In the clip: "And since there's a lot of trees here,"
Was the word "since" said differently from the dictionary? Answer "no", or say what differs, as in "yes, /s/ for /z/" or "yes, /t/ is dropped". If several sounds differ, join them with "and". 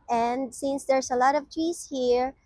no